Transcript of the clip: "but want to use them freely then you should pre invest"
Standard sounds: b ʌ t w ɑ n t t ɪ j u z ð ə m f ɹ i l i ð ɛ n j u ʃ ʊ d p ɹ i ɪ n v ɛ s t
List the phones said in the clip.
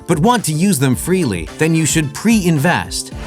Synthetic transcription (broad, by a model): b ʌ t w ɑ n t t ɪ j u z ð ə m f ɹ i l i ð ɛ n j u ʃ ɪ d p ɹ i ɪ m v ɛ s t